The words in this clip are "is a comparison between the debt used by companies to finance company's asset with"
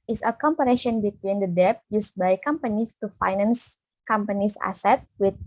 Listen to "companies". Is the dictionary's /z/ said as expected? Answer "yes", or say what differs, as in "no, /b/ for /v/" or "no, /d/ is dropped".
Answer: no, /z/ is dropped